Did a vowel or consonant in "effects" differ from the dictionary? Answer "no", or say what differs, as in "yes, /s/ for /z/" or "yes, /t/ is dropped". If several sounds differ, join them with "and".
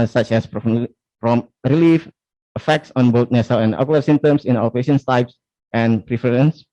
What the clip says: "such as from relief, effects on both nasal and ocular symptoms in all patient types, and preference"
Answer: no